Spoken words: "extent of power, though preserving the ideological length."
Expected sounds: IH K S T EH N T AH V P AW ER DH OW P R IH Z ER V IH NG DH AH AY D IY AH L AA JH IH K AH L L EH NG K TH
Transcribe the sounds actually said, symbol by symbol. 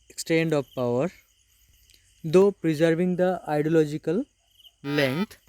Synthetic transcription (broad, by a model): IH K S T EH N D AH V P AW ER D OW P R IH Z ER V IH NG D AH AY D IY AH L AA JH IH K AH L L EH NG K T